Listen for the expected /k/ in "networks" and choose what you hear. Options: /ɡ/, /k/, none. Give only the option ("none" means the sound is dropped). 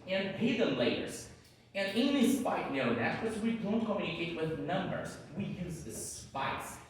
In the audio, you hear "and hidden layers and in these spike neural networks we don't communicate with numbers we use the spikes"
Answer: none